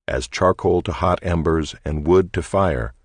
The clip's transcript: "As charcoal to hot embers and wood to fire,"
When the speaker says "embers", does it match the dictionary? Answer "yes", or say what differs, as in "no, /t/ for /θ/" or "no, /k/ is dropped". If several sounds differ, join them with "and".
yes